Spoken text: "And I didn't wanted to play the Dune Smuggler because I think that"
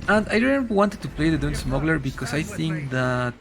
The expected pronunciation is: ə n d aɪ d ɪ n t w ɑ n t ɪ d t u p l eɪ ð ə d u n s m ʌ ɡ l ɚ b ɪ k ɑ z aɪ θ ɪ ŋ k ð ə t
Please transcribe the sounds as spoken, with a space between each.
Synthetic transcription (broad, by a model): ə n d aɪ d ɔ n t w ɑ n t ɪ d t u p l eɪ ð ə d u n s m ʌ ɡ l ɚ b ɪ k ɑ s aɪ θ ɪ ŋ k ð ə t